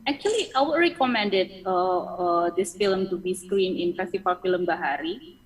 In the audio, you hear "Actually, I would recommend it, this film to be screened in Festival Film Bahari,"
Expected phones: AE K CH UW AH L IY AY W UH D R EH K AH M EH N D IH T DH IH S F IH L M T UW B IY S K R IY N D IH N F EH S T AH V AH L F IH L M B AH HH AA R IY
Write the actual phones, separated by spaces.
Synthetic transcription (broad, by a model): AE K CH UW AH L IY AY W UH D R EH K AH M EH N D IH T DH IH S F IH L M T UW B IY S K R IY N IH N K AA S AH F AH F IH L M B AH HH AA R IY